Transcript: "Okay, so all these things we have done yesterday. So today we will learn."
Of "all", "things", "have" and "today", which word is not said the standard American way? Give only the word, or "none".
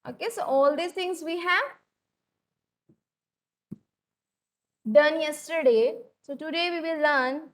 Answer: things